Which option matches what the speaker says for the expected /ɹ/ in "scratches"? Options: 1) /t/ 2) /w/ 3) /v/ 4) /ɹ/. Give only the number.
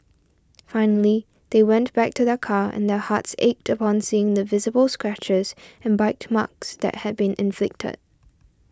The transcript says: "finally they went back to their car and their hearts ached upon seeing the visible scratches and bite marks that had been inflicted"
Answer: 4